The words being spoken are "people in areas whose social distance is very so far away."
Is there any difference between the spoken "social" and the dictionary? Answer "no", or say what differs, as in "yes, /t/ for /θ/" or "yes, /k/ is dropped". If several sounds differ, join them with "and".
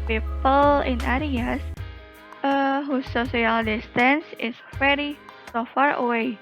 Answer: yes, /s/ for /ʃ/